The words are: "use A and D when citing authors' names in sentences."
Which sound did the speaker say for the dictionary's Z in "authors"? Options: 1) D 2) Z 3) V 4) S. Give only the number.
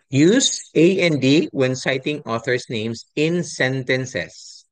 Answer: 4